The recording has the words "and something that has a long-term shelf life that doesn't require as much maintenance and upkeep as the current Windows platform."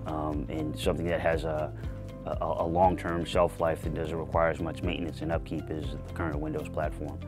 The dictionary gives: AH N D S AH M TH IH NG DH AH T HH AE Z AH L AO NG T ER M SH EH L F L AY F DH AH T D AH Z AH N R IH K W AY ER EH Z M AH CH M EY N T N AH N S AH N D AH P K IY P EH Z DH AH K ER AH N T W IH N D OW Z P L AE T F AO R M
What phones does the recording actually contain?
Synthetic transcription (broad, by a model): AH N S AH M TH IH NG DH AH T HH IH Z AH L AO NG T ER M S EH L F L AY F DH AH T D AH Z AH N R IH K W AY ER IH Z M AH CH M EY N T N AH N S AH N AH P K IY P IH Z DH AH K ER AH N T W IH N D OW Z P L AE T F AO R M